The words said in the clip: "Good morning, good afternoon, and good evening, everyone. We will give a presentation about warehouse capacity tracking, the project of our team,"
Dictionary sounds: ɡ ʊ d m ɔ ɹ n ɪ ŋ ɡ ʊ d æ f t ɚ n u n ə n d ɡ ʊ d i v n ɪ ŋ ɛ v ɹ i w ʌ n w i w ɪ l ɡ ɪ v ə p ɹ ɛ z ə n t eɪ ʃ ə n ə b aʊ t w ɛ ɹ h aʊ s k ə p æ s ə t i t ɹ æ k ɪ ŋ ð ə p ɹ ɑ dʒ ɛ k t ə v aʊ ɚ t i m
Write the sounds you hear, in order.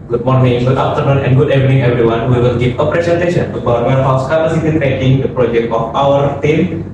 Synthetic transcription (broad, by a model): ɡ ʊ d m ɔ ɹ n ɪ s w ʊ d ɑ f t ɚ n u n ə n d ɡ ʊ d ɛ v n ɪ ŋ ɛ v ɹ i w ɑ n w i w ɪ l ɡ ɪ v ə p ɹ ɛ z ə n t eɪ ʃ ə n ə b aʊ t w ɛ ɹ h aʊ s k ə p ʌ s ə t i t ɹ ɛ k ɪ ŋ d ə p ɹ ɑ dʒ ɛ k t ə p aʊ ɚ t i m